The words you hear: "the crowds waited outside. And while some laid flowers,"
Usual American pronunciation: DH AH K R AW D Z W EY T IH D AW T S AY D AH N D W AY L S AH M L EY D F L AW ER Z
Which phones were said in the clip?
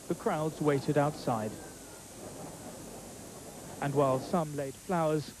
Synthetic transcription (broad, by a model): DH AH K R AW D Z W EY T IH D AW T S AY D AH N W AY L S AH M L EY D F L AW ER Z